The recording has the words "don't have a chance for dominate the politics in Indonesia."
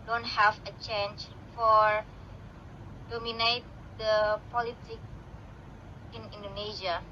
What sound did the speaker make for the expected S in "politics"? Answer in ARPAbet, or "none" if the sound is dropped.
none